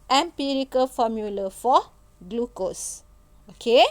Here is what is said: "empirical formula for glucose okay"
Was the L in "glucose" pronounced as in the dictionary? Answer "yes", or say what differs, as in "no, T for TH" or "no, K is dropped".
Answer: yes